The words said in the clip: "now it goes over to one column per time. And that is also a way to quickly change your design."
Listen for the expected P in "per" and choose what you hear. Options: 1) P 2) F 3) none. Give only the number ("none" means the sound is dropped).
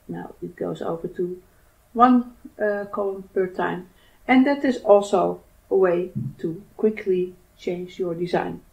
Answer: 1